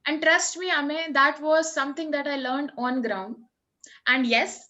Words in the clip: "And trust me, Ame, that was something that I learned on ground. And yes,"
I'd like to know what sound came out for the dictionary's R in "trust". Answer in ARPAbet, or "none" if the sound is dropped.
R